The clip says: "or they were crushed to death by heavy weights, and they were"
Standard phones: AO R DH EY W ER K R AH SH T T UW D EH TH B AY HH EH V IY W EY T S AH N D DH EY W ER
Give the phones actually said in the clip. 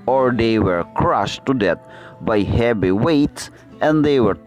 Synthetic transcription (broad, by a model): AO R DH EY W ER K R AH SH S T UW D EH T B AY HH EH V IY W EY T S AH N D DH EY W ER